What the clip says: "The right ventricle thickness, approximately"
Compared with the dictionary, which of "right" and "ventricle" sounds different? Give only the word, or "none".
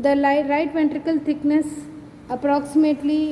ventricle